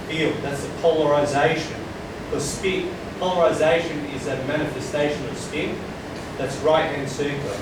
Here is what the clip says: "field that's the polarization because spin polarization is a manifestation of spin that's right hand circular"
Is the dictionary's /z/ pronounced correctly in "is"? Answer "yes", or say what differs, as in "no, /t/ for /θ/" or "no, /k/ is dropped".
yes